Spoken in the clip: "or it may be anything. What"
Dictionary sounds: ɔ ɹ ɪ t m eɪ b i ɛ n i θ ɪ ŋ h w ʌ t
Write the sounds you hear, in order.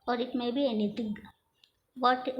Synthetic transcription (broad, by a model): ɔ ɹ ɪ t m eɪ b i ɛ n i t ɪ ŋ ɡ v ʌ t